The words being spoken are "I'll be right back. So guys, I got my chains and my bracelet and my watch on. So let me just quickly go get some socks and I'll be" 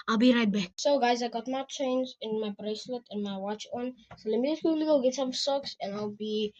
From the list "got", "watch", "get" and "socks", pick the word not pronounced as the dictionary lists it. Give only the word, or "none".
none